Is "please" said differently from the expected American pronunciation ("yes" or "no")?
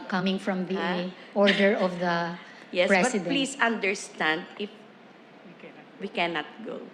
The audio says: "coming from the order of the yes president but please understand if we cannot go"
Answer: yes